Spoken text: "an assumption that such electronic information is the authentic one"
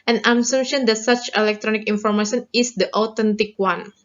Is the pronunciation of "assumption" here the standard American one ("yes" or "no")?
no